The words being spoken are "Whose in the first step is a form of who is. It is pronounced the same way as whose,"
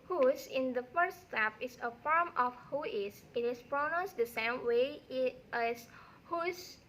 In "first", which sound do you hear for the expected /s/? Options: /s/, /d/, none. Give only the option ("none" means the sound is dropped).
none